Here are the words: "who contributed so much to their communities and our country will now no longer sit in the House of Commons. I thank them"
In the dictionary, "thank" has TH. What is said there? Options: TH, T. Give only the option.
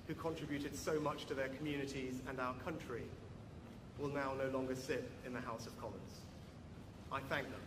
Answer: TH